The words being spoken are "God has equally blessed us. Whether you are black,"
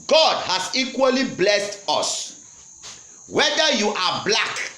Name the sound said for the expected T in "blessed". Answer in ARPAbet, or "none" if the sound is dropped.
T